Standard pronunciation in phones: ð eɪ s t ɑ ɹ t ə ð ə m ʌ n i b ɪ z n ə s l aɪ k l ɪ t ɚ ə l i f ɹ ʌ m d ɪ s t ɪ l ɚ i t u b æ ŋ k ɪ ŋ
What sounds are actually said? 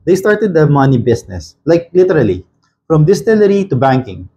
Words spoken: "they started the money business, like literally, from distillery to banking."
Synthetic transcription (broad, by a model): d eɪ s t ɑ ɹ t ə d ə m ʌ n i b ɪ s n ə s l aɪ k l ɪ t ɚ ə l i f ɹ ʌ m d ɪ s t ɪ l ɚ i t u b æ ŋ k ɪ ŋ